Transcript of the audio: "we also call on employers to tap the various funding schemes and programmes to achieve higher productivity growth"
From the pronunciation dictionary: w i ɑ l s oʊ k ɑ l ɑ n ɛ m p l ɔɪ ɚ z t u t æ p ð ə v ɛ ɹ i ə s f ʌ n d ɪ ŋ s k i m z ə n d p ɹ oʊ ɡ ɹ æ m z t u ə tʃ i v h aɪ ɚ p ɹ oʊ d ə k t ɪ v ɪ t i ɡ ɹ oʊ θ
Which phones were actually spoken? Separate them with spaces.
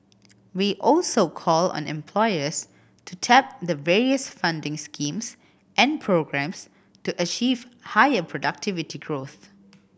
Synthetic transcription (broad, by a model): w i ɑ l s oʊ k ɑ l ɑ n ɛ m p l ɔɪ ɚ s t u t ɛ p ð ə v ɛ ɹ i ə s f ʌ n d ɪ ŋ s k i m s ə n p ɹ oʊ ɡ ɹ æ m s t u ə tʃ i v h aɪ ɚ p ɹ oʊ d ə k t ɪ v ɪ t i ɡ ɹ oʊ θ